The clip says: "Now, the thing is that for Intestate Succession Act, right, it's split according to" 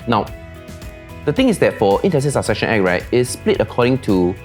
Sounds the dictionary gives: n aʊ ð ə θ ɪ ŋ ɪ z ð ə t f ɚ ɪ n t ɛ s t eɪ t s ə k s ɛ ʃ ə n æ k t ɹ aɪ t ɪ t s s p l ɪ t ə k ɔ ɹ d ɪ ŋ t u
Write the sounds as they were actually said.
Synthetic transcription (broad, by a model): n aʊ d ə t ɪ ŋ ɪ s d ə t f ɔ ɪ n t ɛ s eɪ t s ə s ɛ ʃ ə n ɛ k ɹ aɪ t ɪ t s s p l ɪ t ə k ɔ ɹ d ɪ ŋ t u